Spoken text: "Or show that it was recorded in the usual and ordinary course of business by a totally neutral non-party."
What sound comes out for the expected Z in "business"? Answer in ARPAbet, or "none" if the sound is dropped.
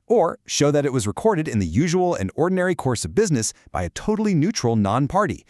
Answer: Z